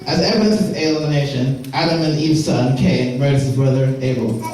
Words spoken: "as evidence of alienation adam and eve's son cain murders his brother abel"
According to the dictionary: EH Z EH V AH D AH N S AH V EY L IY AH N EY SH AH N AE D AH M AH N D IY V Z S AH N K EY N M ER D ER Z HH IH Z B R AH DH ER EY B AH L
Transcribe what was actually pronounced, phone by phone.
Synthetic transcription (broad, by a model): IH Z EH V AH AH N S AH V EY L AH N EY SH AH N AE D AH M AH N IY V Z S AH N K EY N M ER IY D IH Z B R AH DH ER EY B L